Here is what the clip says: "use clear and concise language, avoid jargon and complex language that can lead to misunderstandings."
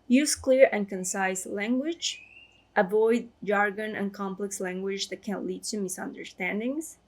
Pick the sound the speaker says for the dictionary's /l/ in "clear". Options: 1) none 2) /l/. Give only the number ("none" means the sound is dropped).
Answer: 2